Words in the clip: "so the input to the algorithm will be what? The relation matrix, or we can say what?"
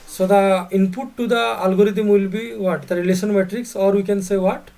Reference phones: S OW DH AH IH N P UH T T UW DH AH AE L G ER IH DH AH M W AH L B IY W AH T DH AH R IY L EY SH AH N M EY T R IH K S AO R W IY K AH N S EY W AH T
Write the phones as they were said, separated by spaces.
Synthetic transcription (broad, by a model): S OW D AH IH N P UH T T UW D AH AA L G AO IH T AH M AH L B IY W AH T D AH R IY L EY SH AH N M EY T R IH K S AO R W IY K AH N S EY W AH T